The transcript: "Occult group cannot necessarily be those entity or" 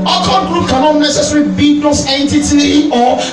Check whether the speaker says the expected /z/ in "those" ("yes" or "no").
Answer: no